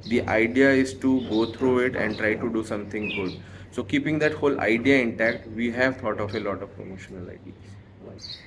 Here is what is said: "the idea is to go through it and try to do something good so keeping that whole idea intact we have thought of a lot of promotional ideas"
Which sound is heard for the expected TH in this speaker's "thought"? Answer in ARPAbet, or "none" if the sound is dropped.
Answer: T